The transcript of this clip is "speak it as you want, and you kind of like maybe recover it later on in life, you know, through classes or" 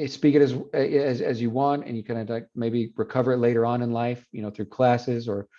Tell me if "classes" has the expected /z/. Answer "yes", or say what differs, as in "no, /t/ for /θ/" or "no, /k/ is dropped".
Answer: yes